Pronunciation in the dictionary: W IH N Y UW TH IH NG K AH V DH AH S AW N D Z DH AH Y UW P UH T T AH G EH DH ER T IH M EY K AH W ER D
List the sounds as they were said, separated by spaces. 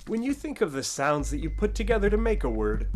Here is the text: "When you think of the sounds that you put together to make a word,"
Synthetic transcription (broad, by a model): W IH N Y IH TH IH NG K AH V DH AH S AW N D Z DH AH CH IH P UH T T AH G EH DH ER T IH M EY K AH W ER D